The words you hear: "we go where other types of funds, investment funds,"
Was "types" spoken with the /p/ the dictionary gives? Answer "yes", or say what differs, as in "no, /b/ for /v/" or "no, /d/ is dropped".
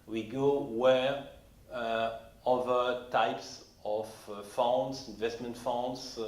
yes